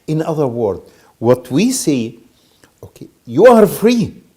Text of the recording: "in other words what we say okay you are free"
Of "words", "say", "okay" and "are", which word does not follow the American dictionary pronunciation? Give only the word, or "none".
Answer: words